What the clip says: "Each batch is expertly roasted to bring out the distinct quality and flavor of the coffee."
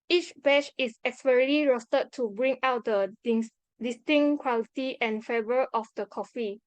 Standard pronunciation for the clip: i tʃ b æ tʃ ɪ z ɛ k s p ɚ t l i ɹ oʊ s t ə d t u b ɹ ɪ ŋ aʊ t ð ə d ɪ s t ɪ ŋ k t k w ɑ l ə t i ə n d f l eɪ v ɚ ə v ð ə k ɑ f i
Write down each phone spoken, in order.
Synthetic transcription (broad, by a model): i tʃ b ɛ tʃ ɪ s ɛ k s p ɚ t l i ɹ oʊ s t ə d t u b ɹ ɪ ŋ aʊ t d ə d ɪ s t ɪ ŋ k k w ɑ l ə t i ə n f eɪ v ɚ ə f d ə k ɑ f i